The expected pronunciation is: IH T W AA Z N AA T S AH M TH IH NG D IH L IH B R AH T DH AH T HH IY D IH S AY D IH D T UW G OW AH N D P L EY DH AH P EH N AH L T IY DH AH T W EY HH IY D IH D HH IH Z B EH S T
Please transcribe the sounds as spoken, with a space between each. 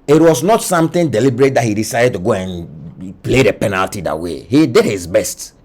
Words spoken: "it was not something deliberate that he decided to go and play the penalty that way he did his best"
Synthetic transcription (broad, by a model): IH T W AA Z N AA T S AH M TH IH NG D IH L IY B R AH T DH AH T HH IY D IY S AY D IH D T UW G OW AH N P L EY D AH P EH N AH L T IY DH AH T W EY HH IY D IH D HH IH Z B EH S T